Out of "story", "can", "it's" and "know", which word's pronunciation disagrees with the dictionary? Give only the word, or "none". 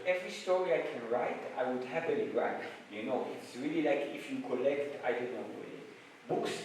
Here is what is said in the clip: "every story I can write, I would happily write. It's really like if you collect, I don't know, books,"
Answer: know